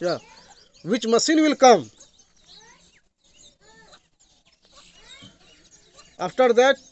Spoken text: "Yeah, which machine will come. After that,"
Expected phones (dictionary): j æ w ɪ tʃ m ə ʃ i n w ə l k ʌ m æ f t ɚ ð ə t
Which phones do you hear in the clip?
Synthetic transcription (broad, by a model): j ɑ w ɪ tʃ m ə s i n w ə l k ʌ m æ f t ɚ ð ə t